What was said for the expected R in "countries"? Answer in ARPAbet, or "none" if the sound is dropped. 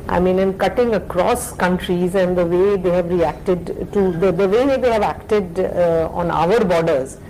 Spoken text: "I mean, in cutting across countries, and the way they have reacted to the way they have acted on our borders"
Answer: R